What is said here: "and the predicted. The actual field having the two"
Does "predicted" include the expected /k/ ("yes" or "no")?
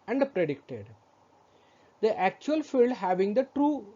yes